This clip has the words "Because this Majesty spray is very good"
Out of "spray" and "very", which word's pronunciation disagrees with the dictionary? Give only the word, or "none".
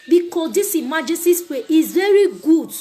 spray